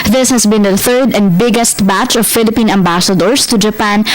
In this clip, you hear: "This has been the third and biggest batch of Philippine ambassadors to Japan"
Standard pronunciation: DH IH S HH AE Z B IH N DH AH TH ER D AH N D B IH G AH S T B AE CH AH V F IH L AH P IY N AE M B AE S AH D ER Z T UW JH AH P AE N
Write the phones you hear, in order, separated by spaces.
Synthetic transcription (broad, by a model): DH IH S HH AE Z B IH N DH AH TH ER D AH N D B IH G AH S T B AE CH AH V F IH L AH P IY N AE M B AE S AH D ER S T UW JH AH P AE N